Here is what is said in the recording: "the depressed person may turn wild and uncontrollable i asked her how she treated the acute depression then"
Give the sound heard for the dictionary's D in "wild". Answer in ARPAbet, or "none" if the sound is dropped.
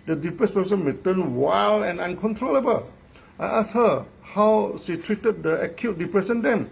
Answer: none